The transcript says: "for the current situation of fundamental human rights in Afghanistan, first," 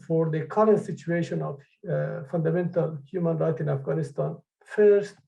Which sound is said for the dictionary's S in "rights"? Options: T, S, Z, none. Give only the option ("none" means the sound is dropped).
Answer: none